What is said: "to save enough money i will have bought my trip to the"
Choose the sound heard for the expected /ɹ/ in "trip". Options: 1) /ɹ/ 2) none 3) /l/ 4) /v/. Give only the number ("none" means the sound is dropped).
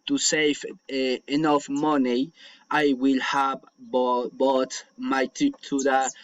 2